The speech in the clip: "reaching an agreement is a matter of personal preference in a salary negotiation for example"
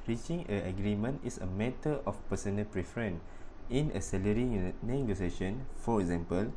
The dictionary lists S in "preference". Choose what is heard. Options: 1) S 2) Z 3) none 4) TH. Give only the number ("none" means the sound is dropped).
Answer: 3